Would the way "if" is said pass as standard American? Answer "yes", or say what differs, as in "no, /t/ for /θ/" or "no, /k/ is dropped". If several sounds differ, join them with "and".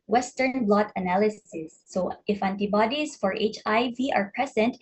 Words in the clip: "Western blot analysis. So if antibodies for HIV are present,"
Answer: yes